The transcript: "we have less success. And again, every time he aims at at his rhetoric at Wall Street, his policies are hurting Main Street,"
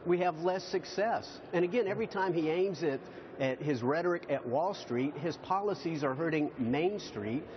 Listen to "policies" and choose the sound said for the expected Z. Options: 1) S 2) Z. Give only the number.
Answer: 2